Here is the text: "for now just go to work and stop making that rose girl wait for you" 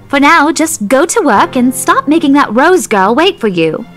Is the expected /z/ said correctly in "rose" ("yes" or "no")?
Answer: yes